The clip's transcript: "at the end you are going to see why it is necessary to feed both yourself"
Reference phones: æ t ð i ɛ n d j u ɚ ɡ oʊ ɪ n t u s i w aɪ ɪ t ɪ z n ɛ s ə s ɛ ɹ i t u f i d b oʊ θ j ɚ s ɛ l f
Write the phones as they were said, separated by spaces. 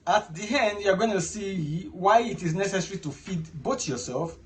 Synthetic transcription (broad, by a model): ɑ t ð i ɛ n d j u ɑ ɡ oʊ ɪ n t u s i w aɪ ɪ t ɪ z n ɛ s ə s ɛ ɹ i t u f i d b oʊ t j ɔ s ɛ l f